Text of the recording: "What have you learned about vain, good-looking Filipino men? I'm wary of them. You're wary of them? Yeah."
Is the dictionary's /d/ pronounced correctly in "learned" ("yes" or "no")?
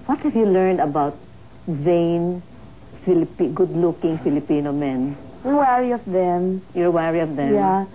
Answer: yes